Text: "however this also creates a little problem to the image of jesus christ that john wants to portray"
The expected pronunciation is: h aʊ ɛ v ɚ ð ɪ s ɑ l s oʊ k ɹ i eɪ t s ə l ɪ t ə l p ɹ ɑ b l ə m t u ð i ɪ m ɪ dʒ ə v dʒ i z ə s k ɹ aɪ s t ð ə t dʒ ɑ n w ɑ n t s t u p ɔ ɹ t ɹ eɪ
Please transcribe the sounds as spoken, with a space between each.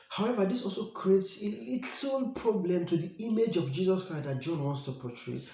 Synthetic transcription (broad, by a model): h aʊ ɛ v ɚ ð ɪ s ɑ l s oʊ k ɹ i eɪ t s ə l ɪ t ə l p ɹ ɑ b l ə m t u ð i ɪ m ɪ dʒ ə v dʒ i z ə s k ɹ aɪ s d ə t dʒ ɑ n w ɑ n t s t u p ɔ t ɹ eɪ